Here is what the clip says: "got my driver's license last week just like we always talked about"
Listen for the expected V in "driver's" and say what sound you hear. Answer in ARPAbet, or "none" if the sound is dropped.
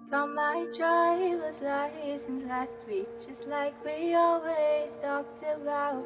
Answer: W